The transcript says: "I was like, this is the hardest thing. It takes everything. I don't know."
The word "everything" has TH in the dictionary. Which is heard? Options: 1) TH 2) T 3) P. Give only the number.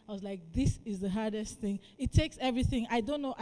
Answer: 1